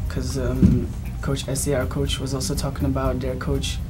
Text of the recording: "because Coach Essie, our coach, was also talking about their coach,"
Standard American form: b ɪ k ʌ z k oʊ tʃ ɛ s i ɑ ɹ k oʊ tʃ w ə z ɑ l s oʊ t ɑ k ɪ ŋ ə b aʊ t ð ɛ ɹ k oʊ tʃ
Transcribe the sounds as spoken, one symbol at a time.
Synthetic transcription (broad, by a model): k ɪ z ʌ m k oʊ tʃ ɛ s i ɑ ɹ k oʊ tʃ w ə z ɑ l s oʊ t ɑ k ɪ ŋ ə b aʊ t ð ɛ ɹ k oʊ tʃ